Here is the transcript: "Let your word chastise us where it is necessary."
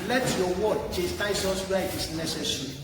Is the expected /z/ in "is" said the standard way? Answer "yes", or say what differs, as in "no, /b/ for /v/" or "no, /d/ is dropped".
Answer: no, /s/ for /z/